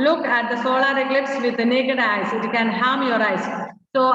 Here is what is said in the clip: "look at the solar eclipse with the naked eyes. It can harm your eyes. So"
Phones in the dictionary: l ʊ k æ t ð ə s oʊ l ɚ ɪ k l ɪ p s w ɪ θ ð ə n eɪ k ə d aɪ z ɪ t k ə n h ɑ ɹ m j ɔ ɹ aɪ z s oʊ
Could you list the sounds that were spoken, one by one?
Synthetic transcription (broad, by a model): l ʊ k æ t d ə s oʊ l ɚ ɪ k l ɪ p s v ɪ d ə n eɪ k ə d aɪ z ɪ t k ə n h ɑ m j ɔ ɹ aɪ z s oʊ